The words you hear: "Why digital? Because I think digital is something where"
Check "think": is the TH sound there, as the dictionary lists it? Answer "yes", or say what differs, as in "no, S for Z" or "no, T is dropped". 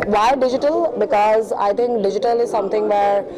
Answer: no, T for TH